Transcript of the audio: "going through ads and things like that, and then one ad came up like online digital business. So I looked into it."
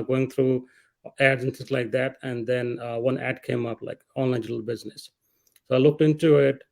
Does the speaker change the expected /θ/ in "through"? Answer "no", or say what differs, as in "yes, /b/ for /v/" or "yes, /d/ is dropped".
yes, /t/ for /θ/